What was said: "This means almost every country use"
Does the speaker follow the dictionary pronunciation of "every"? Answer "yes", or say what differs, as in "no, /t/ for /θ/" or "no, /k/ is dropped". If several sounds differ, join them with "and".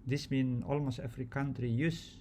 no, /f/ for /v/